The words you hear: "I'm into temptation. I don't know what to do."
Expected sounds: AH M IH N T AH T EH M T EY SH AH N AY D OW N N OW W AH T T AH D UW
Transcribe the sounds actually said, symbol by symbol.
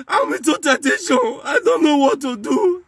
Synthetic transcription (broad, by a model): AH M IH T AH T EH T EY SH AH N AY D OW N N OW W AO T T AH D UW